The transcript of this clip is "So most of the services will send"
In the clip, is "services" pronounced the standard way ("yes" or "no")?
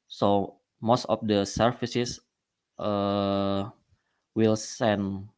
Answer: no